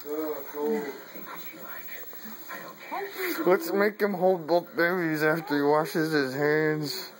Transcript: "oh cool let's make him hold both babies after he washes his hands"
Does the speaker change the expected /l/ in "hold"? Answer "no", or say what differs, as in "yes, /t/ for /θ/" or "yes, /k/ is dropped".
no